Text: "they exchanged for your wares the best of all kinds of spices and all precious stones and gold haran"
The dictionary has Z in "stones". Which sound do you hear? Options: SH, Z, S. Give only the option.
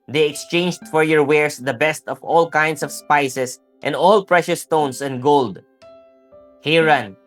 S